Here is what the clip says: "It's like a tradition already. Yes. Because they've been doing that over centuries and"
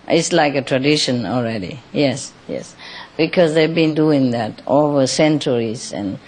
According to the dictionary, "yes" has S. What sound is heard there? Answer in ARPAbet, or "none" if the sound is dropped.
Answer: S